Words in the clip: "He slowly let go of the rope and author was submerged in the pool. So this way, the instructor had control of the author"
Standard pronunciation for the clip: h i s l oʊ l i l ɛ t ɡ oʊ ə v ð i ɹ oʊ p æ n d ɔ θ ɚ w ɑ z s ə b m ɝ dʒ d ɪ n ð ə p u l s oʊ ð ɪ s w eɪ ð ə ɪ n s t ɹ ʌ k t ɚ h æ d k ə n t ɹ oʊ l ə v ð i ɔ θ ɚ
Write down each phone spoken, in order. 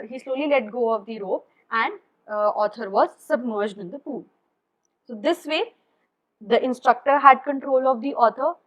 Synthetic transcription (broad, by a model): h i s l oʊ l i l ɛ t ɡ oʊ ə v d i ɹ oʊ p æ n d ɔ t ɚ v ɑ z s ə b m ɝ dʒ d ɪ n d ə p u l s oʊ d ɪ s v eɪ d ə ɪ n s t ɹ ʌ k t ɚ h æ d k ə n t ɹ oʊ l ə v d i ɔ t ɚ